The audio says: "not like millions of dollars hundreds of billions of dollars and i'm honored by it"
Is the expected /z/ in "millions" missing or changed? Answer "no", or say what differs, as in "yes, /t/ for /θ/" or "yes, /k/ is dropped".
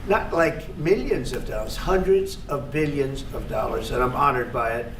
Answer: no